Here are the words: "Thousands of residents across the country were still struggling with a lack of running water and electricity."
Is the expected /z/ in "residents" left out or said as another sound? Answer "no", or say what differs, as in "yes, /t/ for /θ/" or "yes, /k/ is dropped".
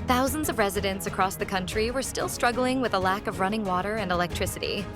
no